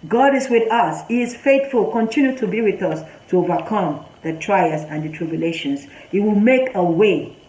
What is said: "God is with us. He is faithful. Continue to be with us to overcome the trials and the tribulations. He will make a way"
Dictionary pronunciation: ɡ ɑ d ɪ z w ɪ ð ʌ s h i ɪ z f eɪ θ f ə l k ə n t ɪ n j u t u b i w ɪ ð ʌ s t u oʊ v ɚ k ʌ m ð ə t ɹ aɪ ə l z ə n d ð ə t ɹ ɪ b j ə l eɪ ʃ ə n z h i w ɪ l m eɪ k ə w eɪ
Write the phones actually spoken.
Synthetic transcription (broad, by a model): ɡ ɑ d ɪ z w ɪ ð ʌ s h i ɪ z f eɪ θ f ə l k ə n t ɪ n j u t u b i w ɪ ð ʌ s t u oʊ v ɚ k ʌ m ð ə t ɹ aɪ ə z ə n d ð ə t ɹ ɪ b j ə l eɪ ʃ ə n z h i w ɪ l m eɪ k ə w eɪ